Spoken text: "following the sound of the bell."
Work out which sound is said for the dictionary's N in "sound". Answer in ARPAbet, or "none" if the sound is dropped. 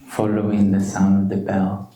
N